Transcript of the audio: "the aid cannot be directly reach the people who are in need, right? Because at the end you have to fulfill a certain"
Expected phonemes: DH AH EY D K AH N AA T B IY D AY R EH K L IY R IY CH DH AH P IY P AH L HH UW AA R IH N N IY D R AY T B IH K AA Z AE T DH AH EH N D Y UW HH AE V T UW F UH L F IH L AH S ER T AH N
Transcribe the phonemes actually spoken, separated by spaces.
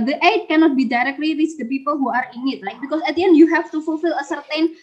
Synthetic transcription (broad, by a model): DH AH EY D K AH N AA T B IY D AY R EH K L IY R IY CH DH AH P IY P AH L HH UW AA R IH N N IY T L AY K B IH K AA S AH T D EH N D Y UW HH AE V T UW F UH L F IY L AH S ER T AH N